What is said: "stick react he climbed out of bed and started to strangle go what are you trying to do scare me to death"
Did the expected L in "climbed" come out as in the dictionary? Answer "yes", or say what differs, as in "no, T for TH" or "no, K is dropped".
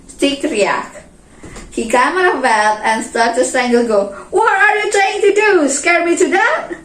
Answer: no, L is dropped